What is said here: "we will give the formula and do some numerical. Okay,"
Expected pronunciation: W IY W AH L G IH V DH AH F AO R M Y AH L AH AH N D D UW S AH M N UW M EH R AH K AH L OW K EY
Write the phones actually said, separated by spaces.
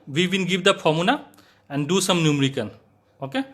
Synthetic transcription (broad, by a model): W IY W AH N G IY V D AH P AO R M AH N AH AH N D D UW S AH M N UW M R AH K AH N OW K EY